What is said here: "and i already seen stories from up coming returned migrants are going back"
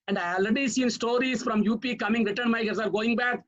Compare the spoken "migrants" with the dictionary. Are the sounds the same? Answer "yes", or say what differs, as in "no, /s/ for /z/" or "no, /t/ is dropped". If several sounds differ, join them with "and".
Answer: no, /ɹ/ is dropped and /n/ is dropped